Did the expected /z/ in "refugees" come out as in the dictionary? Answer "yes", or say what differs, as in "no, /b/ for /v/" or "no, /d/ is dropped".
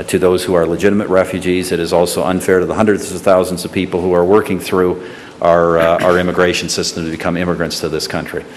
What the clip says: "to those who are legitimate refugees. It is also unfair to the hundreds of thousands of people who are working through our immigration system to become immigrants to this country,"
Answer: yes